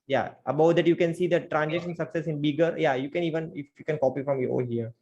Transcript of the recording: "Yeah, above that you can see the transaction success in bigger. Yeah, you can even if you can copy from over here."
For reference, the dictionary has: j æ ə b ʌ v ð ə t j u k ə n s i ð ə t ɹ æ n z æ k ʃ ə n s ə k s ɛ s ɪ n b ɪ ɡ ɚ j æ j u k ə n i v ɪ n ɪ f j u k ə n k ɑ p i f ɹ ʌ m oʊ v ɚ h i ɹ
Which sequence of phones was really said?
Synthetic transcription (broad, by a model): j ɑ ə b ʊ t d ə t j u k ə n s i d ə t ɹ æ n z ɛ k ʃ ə n s ə k s ɛ s ɪ n b ɪ ɡ ɚ j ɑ j u k ə n i v ɪ n ɪ f j u k ə n k ɑ p i f ɹ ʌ m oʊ ɔ h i ɹ